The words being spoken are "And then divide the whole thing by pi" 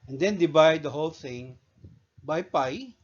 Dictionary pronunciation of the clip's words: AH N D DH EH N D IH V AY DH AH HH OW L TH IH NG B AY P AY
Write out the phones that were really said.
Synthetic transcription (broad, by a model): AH N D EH N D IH B AY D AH HH OW L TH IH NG B AY P AY